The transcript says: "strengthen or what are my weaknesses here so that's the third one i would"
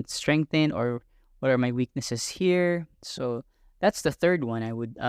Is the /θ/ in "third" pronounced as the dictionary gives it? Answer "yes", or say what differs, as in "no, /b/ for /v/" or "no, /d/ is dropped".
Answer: yes